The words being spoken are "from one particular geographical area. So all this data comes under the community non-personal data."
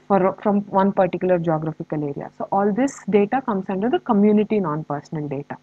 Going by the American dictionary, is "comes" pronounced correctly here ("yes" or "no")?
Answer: no